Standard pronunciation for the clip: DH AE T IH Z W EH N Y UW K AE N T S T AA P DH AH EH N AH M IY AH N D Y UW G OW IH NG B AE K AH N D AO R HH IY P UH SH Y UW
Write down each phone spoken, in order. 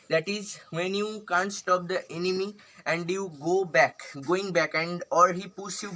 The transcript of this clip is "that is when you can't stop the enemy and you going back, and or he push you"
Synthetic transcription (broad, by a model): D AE T IH Z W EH N Y UW K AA N T S T AA P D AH EH N AH M IY AH N D Y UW G OW IH NG B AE K AH N D AO R HH IY P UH S Y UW